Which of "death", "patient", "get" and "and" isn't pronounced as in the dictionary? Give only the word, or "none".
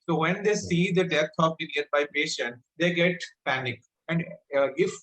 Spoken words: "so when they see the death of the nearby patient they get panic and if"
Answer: death